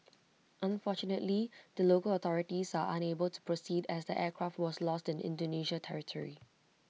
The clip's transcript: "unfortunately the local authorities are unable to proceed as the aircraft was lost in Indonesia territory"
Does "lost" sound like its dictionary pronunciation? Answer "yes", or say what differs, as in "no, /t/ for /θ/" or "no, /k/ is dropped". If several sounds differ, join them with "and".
yes